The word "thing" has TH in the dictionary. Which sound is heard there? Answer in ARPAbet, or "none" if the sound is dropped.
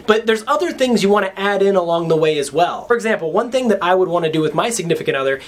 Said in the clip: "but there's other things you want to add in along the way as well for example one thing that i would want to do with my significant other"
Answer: TH